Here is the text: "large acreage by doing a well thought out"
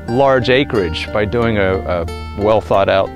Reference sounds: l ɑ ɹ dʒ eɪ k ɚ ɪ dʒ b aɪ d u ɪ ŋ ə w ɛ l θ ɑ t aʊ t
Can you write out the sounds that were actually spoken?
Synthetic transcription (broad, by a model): l ɑ ɹ dʒ eɪ k ɚ ɪ dʒ b aɪ d u ɪ ŋ ə w ɛ l θ ɑ t aʊ t